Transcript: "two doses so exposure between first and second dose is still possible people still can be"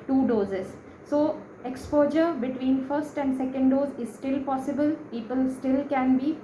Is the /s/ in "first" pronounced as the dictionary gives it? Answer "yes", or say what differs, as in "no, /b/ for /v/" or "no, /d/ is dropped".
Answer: yes